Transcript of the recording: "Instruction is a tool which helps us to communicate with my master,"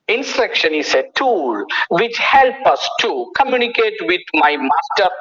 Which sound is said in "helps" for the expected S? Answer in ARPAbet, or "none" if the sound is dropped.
none